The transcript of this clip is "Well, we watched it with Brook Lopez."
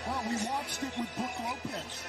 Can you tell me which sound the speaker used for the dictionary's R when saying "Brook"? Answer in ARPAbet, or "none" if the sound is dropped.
none